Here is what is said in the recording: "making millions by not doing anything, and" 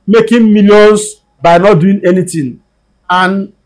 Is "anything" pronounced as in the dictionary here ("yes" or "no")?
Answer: no